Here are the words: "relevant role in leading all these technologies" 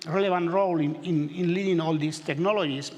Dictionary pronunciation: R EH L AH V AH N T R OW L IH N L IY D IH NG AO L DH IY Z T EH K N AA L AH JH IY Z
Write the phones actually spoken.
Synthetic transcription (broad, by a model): R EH L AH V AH N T R OW L IH N L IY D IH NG AO L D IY S T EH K N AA L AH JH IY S